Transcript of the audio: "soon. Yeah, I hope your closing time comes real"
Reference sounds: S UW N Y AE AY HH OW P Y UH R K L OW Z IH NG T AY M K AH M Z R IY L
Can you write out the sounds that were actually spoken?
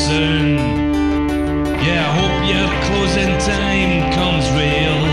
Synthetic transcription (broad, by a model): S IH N Y AE AY HH OW P Y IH K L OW Z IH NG T AY M K AH M Z R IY L